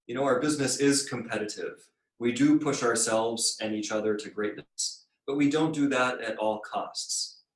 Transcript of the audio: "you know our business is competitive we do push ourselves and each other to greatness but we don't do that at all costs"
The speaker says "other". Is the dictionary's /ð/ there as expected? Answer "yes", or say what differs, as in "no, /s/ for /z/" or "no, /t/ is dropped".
yes